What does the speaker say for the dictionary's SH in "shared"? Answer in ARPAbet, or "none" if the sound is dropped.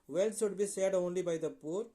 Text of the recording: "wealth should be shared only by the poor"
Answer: S